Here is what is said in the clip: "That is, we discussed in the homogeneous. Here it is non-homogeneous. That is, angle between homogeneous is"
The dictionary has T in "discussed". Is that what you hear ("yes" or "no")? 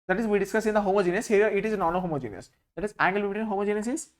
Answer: no